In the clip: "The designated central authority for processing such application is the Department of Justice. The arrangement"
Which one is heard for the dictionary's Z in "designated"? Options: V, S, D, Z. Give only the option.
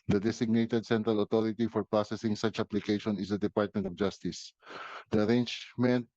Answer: S